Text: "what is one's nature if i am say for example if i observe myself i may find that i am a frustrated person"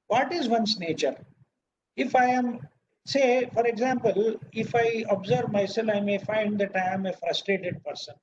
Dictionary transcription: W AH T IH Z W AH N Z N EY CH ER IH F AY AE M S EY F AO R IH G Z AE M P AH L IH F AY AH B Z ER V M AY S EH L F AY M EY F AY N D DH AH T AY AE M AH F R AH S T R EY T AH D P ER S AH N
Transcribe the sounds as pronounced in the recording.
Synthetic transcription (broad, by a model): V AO T IH Z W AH N S N EY CH ER IH F AY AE M S EY F AO R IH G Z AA M P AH L IH F AY AH B Z ER V M AY S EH L AY M EY F AY N D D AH T AY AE M AH F R AH S T R EY T AH D P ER S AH N